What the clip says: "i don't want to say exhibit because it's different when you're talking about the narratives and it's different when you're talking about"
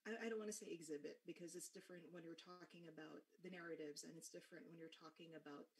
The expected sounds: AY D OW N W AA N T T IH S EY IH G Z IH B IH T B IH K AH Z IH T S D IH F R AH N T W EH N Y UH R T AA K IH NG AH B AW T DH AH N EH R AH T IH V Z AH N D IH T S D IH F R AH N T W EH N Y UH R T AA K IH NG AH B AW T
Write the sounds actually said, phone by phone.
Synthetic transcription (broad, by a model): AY D OW N W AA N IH S EY IH G Z IH B IH T B IH K AH Z IH T S D IH F R AH N T W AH N Y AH R T AA K IH NG AH B AW T DH AH N EH R AH T IH V Z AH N IH T S D IH F R AH N T W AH N Y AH R T AA K IH NG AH B AW T